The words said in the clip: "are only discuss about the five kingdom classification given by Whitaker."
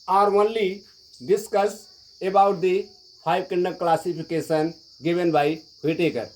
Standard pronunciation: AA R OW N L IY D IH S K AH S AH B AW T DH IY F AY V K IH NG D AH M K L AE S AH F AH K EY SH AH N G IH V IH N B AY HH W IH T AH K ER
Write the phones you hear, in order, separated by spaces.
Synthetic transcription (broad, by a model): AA R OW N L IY D IH S K AH S AH B AW T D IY P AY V K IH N D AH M K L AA S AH P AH K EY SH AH N G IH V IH N B AY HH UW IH T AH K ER